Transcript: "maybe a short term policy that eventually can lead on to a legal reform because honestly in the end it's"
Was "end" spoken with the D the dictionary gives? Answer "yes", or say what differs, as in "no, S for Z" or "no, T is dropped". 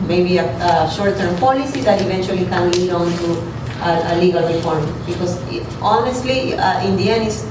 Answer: no, D is dropped